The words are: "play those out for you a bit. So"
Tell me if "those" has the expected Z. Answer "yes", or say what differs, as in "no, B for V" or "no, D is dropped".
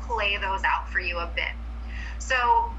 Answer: yes